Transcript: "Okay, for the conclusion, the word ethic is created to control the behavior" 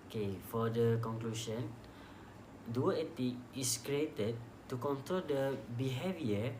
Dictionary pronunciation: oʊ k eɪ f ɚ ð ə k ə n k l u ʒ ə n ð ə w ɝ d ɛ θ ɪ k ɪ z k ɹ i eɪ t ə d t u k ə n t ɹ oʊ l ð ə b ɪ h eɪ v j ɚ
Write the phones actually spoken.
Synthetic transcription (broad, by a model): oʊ k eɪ f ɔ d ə k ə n k l u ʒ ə n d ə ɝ ɛ t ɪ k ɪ s k ɹ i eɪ t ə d t u k ə n t ɹ oʊ l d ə b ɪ h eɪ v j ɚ